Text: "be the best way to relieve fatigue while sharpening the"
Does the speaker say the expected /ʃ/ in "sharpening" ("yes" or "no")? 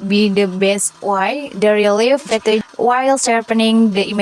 no